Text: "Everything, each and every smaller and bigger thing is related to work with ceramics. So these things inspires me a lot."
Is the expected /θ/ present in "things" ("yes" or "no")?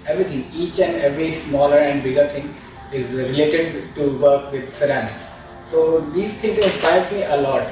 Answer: no